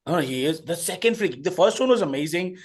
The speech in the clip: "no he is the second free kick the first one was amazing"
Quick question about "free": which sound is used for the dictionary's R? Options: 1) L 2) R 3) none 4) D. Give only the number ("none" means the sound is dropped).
1